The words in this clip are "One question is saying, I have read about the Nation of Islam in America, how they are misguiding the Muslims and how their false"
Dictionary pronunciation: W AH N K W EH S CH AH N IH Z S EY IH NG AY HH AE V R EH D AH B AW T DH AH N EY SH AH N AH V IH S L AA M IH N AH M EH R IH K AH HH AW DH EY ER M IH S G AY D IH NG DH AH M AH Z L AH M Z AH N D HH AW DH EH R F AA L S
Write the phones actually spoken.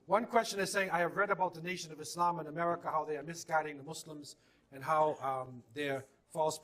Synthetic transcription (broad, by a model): W AH N K W EH S CH AH N IH Z S EY IH NG AY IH V R EH D AH B AW T DH AH N EY SH AH N AH V IH S L AA M IH N AH M EH R IH K AH HH AW DH EY ER M IH S G AY D IH NG DH AH M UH S L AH M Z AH N HH AW DH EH R F AA L S